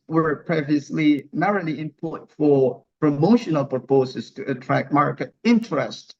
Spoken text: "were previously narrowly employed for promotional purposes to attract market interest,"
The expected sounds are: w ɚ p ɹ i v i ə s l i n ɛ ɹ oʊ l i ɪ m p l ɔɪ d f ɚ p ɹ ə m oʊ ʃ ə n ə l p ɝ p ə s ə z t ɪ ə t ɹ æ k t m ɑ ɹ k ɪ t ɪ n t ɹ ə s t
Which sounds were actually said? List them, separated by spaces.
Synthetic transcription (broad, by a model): w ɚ p ɹ i v i ə s l i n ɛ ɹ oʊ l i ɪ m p ɔɪ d f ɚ p ɹ ə m oʊ ʃ ə n ə l p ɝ p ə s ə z t ɪ ə t ɹ æ k t m ɑ ɹ k ɪ t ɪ n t ɹ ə s t